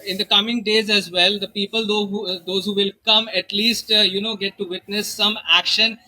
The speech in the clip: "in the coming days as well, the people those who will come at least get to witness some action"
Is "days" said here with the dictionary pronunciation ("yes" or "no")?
yes